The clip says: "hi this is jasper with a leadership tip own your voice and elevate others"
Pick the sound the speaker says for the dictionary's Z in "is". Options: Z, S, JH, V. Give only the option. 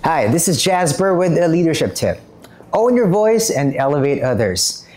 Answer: Z